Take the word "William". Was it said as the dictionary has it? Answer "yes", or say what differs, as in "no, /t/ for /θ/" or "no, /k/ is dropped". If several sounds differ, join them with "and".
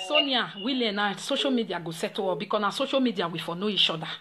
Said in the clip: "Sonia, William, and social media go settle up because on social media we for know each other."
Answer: no, /m/ is dropped